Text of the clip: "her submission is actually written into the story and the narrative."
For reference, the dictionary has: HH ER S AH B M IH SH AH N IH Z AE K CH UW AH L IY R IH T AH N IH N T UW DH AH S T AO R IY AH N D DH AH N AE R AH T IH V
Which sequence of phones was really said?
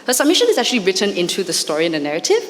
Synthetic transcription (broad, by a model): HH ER S AH B M IH SH AH N IH Z AE K CH UW AH L IY R IH T AH N IH N T UW DH AH S T AO R IY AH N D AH N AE R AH T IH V